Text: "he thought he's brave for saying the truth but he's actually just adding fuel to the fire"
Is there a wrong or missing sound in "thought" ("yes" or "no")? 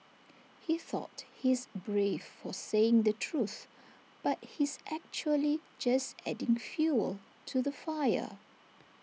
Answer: no